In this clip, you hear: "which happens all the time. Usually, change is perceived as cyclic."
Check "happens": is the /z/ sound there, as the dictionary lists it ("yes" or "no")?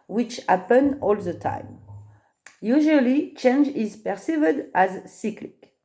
no